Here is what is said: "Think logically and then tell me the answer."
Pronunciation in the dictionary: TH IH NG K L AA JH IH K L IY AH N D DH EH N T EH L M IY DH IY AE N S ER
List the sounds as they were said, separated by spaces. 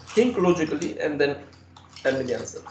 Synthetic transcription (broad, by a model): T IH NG K L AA JH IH K L IY AH N D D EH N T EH N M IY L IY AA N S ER